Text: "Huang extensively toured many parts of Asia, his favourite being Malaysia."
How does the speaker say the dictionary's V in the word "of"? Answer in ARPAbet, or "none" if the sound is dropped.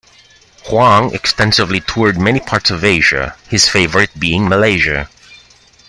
V